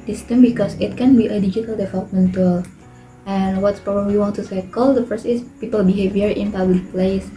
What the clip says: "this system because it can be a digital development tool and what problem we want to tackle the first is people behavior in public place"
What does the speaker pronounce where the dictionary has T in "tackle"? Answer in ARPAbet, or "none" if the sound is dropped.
S